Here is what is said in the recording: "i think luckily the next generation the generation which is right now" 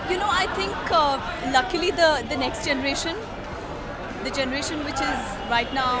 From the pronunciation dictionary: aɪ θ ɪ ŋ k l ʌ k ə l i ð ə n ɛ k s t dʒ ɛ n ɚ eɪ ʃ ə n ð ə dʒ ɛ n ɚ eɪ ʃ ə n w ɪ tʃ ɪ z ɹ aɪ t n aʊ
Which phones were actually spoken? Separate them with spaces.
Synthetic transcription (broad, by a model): aɪ t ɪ ŋ k l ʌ k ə l i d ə n ɛ k s t dʒ ɛ n ɚ eɪ ʃ ə n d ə dʒ ɛ n ɚ eɪ ʃ ə n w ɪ tʃ ɪ z ɹ aɪ t n aʊ